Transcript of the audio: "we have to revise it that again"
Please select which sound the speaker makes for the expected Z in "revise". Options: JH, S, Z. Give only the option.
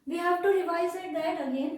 S